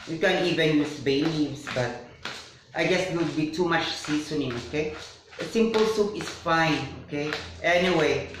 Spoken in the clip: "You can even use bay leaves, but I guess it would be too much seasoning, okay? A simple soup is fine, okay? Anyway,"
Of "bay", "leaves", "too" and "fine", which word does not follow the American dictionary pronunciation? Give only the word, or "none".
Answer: leaves